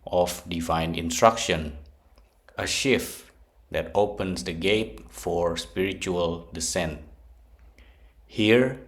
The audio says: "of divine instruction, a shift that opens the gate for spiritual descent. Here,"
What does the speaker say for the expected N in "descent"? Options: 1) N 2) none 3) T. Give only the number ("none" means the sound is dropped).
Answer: 1